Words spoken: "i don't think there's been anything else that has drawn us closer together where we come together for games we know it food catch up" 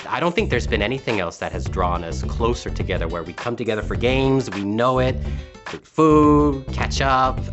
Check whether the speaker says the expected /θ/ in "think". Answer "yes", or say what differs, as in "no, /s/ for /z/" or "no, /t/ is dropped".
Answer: yes